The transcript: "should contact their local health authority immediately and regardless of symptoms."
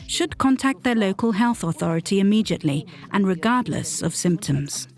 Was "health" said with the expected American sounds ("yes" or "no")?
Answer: yes